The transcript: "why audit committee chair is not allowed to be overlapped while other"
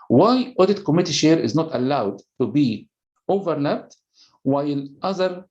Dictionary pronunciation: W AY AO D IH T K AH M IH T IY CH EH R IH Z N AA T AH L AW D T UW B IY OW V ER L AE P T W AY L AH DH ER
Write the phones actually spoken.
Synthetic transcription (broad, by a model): W AY AO D IH T K AH M IH T IY SH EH R IH Z N AA T AH L AW D T UW B IY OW V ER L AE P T W AY L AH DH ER